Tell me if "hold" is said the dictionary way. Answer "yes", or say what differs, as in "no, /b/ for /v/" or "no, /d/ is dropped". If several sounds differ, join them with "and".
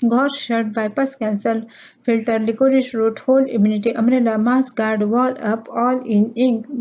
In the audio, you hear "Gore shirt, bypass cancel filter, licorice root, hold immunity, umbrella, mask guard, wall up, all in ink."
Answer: no, /d/ is dropped